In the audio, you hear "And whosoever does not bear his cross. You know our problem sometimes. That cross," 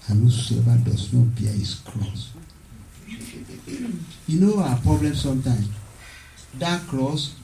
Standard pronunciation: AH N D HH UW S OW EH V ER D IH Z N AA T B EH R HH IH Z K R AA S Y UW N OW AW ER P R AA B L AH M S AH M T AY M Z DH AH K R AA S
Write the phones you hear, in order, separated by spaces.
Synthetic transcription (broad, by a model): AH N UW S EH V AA D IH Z N AA T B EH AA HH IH S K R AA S Y UW N OW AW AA P R AA B L AH M S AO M T AY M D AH K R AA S